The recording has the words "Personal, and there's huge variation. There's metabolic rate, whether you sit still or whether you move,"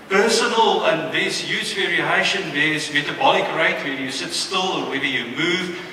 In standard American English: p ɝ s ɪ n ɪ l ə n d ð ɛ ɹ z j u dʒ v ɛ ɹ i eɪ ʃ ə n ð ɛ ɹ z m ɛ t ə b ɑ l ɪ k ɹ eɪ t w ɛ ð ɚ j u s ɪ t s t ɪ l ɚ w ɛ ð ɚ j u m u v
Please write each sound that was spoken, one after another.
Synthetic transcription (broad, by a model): p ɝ s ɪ n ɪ l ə n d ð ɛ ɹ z j u z v ɛ ɹ i eɪ ʃ ə n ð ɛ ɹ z m ɛ t ə b ɑ l ɪ k ɹ eɪ t w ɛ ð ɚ j u s ɪ t s t ɪ l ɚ w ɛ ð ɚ j u m u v